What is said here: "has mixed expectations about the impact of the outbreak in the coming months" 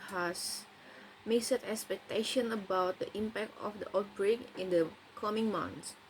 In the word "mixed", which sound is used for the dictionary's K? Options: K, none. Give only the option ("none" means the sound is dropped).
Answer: none